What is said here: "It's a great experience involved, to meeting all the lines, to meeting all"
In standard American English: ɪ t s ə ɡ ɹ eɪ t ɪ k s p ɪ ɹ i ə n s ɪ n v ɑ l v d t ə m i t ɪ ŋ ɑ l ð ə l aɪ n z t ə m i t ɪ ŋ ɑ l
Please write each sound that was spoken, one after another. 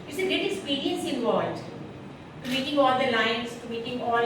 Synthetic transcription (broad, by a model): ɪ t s ə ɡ eɪ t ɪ k s p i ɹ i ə n s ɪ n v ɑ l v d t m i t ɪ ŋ ɑ l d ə l aɪ n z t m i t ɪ ŋ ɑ l